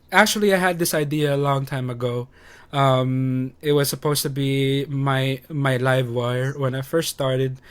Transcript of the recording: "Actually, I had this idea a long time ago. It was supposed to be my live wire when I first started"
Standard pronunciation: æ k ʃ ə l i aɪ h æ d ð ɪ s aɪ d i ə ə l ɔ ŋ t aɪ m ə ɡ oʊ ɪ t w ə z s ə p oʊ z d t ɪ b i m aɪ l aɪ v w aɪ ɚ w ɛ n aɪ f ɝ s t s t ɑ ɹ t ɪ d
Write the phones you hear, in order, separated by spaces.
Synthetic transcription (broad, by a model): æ k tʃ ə l i aɪ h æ d ð ɪ s aɪ d i ə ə l ɔ ŋ t aɪ m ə ɡ oʊ ɪ t w ə z s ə p oʊ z t ɪ b i m aɪ l aɪ v w aɪ ɚ w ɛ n aɪ f ɝ s t s t ɑ ɹ t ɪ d